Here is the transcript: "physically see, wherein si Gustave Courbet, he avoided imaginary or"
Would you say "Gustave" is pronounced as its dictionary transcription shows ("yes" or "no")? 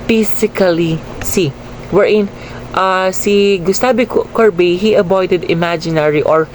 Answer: no